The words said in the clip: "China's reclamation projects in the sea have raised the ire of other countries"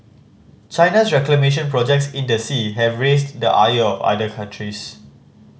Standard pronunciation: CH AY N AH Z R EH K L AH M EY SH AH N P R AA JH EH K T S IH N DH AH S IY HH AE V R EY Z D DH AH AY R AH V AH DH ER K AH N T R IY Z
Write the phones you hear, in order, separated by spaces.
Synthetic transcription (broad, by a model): CH AY N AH S R EH K L AH M EY SH AH N P R AA JH EH K T S IH N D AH S IY HH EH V R EY S D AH AY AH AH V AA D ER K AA N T R IY S